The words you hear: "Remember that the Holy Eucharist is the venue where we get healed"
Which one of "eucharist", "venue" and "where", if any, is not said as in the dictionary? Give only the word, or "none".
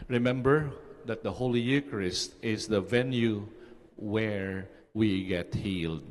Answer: none